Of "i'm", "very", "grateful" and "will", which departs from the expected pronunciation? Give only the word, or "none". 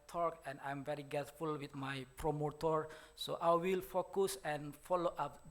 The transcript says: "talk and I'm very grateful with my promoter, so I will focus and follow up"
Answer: grateful